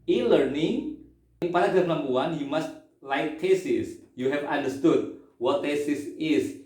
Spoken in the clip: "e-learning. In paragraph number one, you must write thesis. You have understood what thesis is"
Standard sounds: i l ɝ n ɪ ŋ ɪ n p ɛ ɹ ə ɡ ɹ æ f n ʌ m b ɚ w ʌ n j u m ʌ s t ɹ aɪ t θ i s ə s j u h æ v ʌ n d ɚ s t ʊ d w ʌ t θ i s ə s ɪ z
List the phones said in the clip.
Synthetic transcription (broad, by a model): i l ɝ n ɪ ŋ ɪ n p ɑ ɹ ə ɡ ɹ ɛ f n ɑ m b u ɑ n j u m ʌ s t l aɪ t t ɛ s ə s j u h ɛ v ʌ n d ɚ s t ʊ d w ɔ t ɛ s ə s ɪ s